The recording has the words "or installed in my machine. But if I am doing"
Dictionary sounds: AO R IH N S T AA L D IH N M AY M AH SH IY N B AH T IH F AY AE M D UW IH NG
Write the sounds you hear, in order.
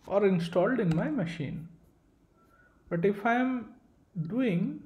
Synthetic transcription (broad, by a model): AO R IH N S T AA L D IH N M AY M AH SH IY N B AH T IH F AY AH M D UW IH NG